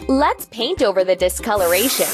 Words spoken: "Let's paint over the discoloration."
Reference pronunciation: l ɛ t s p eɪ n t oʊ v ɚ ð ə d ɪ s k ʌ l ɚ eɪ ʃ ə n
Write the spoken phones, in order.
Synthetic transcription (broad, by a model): l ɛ t s p eɪ n t oʊ v ɚ ð ə d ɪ s k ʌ l ɚ eɪ ʃ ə n